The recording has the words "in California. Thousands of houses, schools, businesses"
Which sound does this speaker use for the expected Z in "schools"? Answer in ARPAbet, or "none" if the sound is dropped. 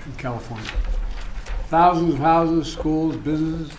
Z